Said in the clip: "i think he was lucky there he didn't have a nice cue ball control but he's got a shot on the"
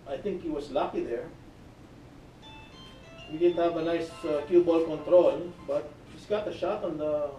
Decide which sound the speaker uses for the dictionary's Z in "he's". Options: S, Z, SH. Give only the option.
S